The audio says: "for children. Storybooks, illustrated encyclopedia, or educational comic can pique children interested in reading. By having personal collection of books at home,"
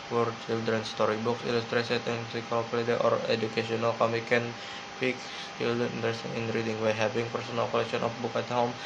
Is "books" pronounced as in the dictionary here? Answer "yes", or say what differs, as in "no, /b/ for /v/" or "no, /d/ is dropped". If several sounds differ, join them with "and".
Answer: no, /s/ is dropped